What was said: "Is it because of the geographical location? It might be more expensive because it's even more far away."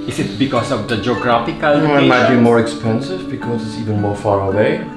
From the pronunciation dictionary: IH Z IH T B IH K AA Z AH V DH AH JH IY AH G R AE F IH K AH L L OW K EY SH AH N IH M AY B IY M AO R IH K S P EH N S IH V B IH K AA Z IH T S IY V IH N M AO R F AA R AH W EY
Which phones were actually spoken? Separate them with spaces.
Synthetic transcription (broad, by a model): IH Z IH T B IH K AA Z AH V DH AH JH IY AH G R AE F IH K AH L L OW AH IH M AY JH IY M AO R IH K S P EH N S IH V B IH K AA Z IH T S IY V IH N M AO R F AA R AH W EY